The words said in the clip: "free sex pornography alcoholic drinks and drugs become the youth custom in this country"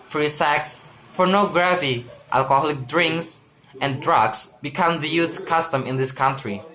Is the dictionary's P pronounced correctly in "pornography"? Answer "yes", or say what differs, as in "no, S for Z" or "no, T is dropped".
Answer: no, F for P